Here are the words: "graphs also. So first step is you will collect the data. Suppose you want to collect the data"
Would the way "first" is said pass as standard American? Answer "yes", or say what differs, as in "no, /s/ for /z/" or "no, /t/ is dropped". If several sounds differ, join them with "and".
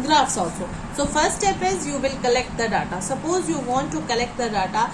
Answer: no, /s/ is dropped